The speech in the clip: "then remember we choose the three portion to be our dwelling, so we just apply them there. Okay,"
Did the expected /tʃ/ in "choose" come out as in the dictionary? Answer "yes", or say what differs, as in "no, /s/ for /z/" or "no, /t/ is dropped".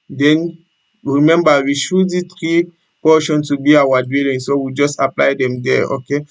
no, /ʃ/ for /tʃ/